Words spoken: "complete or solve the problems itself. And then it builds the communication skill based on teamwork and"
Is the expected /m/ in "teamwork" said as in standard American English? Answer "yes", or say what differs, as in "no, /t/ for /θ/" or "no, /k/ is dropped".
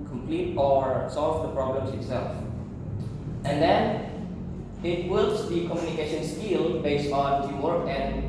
no, /m/ is dropped